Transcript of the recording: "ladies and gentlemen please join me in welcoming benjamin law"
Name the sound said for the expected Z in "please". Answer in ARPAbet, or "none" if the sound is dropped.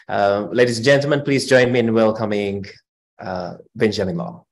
Z